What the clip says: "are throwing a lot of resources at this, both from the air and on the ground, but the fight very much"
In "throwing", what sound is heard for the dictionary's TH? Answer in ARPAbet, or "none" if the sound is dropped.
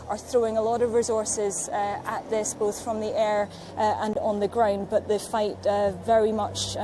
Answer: TH